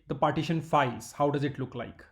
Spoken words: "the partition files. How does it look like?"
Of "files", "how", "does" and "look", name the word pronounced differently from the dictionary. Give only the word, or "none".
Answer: files